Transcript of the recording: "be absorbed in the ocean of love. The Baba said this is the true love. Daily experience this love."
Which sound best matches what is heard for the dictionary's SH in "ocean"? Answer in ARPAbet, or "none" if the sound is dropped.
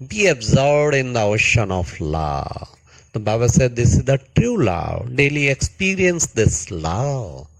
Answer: SH